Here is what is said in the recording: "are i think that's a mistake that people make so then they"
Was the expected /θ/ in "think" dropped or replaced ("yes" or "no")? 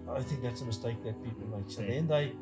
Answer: no